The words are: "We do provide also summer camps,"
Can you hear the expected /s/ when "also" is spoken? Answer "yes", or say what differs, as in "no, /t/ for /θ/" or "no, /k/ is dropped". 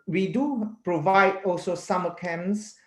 yes